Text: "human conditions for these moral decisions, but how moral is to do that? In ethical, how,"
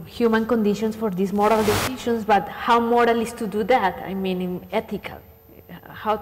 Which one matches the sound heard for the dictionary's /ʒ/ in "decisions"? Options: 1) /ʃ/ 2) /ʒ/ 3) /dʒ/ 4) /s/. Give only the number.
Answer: 1